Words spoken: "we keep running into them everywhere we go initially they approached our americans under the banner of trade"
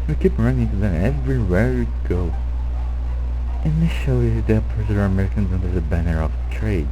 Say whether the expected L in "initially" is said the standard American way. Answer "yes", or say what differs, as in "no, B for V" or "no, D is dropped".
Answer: no, L is dropped